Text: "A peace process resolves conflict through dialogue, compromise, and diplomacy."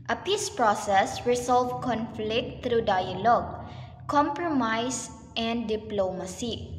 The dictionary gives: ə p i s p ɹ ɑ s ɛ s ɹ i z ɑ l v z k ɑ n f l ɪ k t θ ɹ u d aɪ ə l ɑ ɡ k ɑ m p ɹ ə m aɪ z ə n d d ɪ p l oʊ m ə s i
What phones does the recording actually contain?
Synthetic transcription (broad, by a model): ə p i s p ɹ ɑ s ɛ s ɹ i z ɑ l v k ɑ n f l ɪ k t t ɹ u d aɪ ə l ɑ ɡ k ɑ m p ɹ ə m aɪ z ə n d d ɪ p l oʊ m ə s i